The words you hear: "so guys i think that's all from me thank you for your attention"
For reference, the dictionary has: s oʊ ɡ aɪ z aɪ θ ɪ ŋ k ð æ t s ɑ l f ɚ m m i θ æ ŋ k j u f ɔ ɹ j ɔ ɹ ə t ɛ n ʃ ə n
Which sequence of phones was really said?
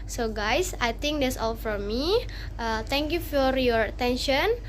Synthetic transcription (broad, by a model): s oʊ ɡ aɪ s aɪ t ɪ ŋ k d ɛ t s ɑ l f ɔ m m i t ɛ ŋ k j u f ɔ ɹ j ɔ ɹ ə t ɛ n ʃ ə n